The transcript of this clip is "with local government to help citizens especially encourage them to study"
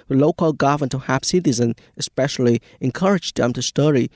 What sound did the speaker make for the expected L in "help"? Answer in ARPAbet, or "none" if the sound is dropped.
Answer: none